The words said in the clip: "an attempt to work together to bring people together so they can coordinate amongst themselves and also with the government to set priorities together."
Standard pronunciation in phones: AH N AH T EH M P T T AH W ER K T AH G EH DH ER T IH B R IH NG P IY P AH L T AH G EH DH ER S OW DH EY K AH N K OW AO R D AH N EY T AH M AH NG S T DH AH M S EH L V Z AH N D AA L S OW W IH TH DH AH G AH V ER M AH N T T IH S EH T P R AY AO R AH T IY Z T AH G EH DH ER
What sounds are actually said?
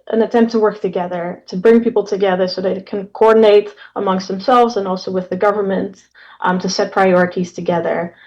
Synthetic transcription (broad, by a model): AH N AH T EH M P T T AH W ER K T AH G EH DH ER T IH B R IH NG P IY P L T AH G EH DH ER S OW DH EY K AH N K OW AO R D N EY T AH M AH NG S T DH AH M S EH L V Z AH N AA L S OW W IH DH AH G AH V ER M AH N T T IH S EH T P R AY AO R AH T IY Z T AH G EH DH ER